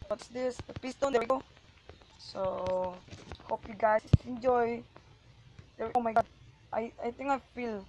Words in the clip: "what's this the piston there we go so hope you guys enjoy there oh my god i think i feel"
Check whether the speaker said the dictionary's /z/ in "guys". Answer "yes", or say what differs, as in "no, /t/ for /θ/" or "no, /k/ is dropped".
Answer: no, /s/ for /z/